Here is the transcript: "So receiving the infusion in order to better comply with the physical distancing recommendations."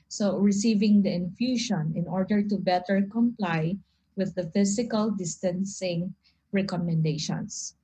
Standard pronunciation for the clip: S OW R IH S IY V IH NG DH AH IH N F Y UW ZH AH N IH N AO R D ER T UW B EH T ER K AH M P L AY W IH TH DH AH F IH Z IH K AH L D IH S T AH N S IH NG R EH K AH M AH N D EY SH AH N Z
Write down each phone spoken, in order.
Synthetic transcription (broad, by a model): S OW R IH S IY V IH NG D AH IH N F Y UW SH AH N IH N AO R D ER T UW B EH T ER K AH M P L AY W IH DH AH F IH S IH K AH L D IH S T AH N S IH NG R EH K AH M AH N D EY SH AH N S